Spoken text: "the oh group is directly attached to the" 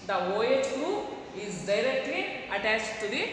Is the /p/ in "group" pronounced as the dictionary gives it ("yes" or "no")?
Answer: no